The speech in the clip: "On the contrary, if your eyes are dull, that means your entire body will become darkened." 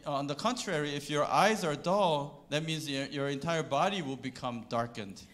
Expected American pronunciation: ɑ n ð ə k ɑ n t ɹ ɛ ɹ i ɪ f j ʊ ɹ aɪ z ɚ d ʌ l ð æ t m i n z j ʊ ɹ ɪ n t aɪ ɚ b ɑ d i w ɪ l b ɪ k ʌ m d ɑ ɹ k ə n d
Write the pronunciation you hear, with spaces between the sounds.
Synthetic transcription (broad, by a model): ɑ n ð ə k ɑ n t ɹ ɛ ɹ i ɪ f j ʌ ɹ aɪ z ɚ d ʌ l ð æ t m i n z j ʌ ɹ ɪ n t aɪ ɚ b ɑ d i w ɪ l b ɪ k ʌ m d ɑ ɹ k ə n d